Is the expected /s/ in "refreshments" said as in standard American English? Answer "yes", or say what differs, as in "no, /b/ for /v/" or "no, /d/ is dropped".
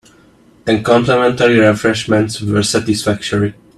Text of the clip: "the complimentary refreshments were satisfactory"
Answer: yes